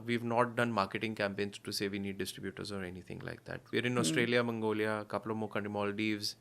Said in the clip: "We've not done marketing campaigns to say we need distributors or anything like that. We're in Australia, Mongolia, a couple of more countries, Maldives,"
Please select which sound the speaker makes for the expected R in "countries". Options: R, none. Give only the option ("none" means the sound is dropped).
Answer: none